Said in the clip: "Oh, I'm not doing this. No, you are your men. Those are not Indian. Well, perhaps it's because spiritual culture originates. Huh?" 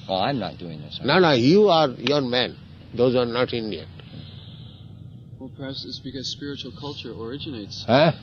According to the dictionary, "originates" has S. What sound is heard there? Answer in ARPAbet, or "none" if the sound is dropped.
S